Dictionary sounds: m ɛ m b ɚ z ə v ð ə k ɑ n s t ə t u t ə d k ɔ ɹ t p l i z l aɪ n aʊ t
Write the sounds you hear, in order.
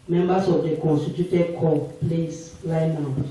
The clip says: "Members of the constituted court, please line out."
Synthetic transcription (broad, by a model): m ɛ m b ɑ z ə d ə k ɑ n s t ə t u t ə d k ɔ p l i s l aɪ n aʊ